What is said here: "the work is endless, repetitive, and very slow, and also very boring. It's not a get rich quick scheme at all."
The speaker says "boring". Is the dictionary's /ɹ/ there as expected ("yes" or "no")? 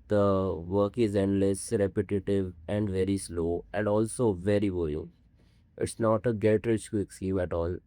no